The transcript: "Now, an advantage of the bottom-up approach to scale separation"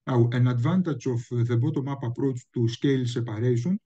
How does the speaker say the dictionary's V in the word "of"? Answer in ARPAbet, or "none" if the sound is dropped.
F